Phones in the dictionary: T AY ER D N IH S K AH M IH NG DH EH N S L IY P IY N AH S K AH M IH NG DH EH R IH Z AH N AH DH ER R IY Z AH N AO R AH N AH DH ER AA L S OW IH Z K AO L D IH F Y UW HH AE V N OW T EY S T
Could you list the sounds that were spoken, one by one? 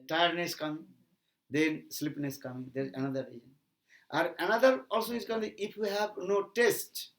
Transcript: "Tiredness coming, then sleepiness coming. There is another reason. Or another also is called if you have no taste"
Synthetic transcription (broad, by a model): T AY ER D N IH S K AH M IH NG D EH N S L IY P N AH S K AH M IH NG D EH R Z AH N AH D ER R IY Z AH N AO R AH N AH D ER AA L S OW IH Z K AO N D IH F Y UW HH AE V N OW T EY S T